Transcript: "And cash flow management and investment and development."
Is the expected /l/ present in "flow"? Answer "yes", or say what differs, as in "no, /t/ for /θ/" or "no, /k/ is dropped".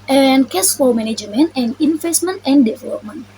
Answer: no, /l/ is dropped